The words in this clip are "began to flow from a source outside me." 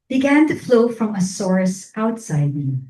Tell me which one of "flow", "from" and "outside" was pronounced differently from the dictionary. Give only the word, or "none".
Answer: none